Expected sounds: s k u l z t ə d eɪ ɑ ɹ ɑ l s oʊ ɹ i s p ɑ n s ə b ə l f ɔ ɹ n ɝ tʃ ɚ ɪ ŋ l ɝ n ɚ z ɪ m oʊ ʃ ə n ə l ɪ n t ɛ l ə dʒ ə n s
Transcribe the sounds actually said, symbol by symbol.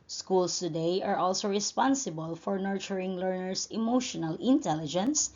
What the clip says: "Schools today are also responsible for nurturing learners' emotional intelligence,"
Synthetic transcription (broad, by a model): s k u l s t ə d eɪ ɑ ɹ ɑ l s oʊ ɹ i s p ɑ n s ə b ə l f ɔ ɹ n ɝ tʃ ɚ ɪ ŋ l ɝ n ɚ s ɪ m oʊ ʃ ə n ə l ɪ n t ɛ l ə dʒ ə n s